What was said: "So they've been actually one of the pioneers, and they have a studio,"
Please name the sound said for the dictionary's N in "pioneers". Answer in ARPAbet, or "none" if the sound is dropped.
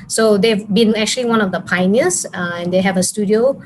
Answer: none